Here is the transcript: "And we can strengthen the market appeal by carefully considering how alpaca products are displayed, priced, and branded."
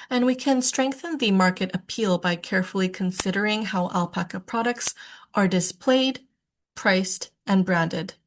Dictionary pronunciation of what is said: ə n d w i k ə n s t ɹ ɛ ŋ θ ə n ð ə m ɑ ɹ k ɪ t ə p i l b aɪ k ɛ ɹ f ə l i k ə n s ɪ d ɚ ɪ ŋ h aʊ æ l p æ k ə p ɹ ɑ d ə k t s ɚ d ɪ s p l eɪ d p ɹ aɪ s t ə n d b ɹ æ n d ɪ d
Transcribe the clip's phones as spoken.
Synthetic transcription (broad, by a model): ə n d w i k ə n s t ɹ ɛ ŋ θ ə n ð ə m ɑ ɹ k ɪ t ə p i l b aɪ k ɛ ɹ f l i k ə n s ɪ d ɚ ɪ ŋ h aʊ æ l p æ k ə p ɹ ɑ d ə k t s ɚ d ɪ s p l eɪ d p ɹ aɪ s t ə n b ɹ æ n d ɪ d